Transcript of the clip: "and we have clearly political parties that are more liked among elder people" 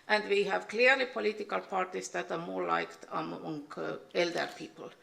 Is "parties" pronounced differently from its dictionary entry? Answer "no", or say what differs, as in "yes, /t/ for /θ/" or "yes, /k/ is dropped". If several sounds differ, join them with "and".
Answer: yes, /s/ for /z/